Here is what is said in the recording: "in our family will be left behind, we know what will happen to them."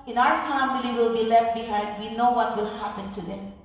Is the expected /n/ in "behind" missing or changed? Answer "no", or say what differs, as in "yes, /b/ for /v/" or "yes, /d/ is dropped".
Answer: yes, /n/ is dropped